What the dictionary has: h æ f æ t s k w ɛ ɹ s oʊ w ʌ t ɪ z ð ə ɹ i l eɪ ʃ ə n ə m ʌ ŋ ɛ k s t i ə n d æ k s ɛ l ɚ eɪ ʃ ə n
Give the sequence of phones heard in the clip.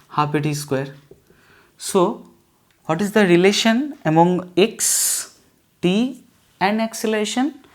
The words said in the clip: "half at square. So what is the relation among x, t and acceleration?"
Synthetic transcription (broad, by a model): h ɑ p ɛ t s k w ɛ ɹ s oʊ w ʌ t ɪ z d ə ɹ i l eɪ ʃ ə n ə m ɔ ŋ ɛ k s t i ə n d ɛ k s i l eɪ ʃ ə n